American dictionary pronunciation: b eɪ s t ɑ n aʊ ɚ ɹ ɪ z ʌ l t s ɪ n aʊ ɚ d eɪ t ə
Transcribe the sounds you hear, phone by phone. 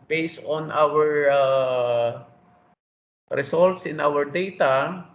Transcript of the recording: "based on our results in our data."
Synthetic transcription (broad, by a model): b eɪ s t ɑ n aʊ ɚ ɹ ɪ s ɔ l t s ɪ n aʊ ɚ d eɪ t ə